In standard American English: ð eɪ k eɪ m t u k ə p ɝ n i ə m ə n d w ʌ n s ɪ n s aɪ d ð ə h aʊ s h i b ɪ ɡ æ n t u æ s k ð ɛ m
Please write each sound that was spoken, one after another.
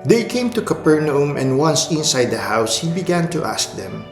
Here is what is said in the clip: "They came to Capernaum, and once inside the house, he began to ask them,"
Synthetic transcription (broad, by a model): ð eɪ k eɪ m t u k ə p ɝ n i ə m ə n d w ʌ n s ɪ n s aɪ d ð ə h aʊ s h i b ɪ ɡ æ n t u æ s k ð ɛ m